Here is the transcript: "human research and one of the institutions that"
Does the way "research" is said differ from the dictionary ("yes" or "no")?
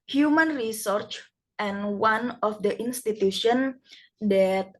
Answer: no